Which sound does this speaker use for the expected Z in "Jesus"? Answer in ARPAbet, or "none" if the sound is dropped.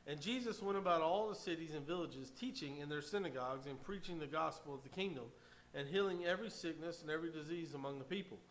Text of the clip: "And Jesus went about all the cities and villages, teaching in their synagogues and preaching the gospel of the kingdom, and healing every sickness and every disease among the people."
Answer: Z